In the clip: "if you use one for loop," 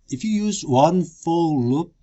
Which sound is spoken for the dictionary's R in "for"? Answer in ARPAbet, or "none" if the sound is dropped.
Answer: L